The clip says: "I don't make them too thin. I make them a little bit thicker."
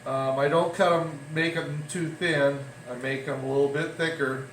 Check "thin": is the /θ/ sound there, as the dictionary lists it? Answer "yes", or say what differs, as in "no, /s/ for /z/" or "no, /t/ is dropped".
yes